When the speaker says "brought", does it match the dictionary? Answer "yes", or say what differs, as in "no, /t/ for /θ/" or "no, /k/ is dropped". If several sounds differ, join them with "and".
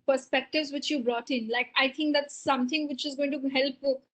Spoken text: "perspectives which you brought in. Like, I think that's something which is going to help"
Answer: yes